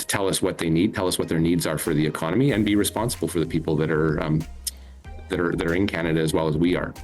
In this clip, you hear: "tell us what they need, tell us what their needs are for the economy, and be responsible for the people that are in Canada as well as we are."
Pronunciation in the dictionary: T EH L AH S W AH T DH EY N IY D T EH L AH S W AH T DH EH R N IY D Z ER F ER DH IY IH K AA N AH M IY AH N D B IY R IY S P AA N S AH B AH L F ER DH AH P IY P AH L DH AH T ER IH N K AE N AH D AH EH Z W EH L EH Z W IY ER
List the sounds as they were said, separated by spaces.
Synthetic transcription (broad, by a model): T EH L AH S W AH T DH EY N IY D T EH L AH S W AH T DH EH R N IY D Z ER F ER DH IY IH K AA N AH M IY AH N B IY R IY S P AA N S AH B L F ER DH AH P IY P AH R DH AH T ER IH N K AE N AH D AH Z W EH L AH Z W IY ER